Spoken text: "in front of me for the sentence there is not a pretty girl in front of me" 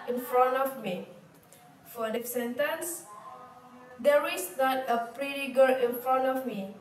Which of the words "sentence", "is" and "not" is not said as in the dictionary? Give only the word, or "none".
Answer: is